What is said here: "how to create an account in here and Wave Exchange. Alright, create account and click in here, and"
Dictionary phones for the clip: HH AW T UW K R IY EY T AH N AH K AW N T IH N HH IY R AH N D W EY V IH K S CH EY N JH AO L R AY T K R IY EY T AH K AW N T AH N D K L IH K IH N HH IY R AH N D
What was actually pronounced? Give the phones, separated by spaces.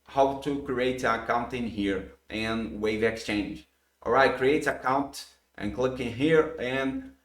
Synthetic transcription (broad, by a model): HH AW T UW K R IY EY T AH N AH K AW N T IH N HH IY R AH N W EY V IH K S CH EY N JH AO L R AY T K R IY EY T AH K AW N T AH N K L IH K IH N HH IY R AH N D